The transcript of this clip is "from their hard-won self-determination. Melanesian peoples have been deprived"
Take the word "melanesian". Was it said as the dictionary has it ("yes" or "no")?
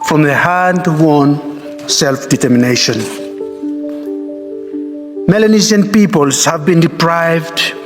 no